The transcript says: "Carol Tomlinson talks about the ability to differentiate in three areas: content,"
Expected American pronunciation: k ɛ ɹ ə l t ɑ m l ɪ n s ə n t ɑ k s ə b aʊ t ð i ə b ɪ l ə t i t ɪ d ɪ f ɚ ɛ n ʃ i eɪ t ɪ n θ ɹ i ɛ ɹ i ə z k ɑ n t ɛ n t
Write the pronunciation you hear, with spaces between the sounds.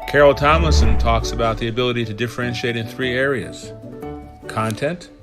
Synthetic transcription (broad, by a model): k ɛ ɹ l t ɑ m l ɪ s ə n t ɑ k s ə b aʊ t ð i ə b ɪ l ə t i t ɪ d ɪ f ɚ ɛ n ʃ i eɪ t ɪ n θ ɹ i ɛ ɹ i ə z k ɑ n t ɛ n t